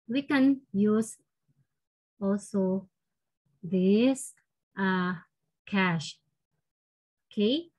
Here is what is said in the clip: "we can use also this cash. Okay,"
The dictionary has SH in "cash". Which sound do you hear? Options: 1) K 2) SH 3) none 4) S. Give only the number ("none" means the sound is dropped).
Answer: 2